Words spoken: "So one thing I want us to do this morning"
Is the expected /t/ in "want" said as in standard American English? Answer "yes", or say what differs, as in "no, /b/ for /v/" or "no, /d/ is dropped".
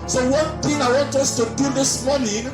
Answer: yes